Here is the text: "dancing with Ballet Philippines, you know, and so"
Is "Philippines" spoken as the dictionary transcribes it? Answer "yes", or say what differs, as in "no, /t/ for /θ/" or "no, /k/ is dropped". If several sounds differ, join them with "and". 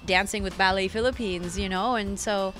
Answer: yes